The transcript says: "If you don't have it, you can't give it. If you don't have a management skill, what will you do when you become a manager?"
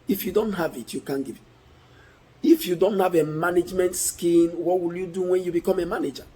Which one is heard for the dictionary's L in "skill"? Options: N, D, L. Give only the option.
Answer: N